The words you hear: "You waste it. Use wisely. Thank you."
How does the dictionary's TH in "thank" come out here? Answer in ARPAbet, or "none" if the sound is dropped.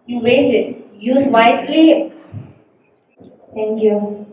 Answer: T